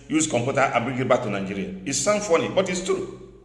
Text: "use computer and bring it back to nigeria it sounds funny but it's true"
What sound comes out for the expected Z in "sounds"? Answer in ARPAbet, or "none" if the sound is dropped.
none